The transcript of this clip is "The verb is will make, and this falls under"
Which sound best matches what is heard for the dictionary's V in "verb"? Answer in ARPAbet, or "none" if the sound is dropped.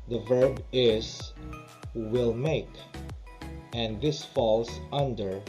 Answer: V